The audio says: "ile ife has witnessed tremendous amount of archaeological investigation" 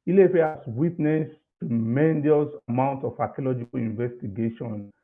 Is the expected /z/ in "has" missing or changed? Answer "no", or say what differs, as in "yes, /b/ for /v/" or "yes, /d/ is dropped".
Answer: yes, /s/ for /z/